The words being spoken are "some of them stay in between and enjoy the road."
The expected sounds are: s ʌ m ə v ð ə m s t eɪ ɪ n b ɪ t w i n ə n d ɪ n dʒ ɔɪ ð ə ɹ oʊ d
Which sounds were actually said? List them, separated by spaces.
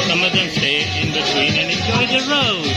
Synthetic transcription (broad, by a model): s ʌ m ə v ð ə m s t eɪ ɪ n b ɪ t w i n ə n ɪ n dʒ ɔɪ ð ə ɹ oʊ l